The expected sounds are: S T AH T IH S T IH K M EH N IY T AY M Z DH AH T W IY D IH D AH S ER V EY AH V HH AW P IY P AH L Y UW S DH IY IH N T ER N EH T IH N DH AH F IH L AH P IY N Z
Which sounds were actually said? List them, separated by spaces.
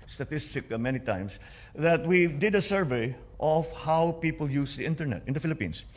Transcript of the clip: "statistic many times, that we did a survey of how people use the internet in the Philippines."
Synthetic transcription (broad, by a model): S T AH T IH S T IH K M EH N IY T AY M S DH AH T W IY D IH D AH S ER V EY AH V HH AW P IY P AH L Y UW S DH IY IH N T ER N EH T IH N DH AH F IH L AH P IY N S